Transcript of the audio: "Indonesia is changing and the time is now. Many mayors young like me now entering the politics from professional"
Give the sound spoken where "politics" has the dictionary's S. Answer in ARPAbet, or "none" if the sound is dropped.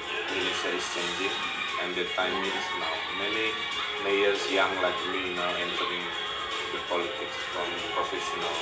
S